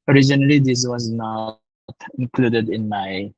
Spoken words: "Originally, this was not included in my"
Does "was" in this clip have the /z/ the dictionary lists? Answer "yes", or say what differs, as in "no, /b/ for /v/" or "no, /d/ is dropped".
yes